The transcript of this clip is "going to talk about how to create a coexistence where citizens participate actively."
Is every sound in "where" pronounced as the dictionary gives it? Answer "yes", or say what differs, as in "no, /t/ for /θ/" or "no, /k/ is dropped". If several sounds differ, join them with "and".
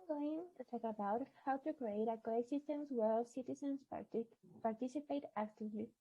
no, /l/ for /ɹ/